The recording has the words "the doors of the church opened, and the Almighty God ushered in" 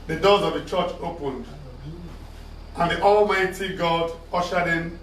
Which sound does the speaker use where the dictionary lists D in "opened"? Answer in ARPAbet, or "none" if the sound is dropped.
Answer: D